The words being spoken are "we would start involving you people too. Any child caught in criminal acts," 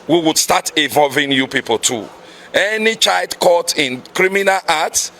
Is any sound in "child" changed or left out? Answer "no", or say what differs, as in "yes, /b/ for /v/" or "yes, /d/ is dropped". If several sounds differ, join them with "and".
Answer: no